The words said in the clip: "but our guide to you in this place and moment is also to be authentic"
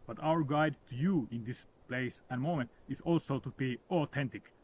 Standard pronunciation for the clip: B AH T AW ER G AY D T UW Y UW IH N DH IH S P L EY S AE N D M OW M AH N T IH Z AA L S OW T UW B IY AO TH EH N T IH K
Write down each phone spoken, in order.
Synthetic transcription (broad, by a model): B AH T AW ER G AY D T UW Y UW IH N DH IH S P L EY S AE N M OW M AH N T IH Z AA L S OW T UW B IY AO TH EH N T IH K